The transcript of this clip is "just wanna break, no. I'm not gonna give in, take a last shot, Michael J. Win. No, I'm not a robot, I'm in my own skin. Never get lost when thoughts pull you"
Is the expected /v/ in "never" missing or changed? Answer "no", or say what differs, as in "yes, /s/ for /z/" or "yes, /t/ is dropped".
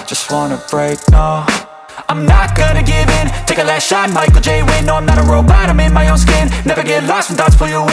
no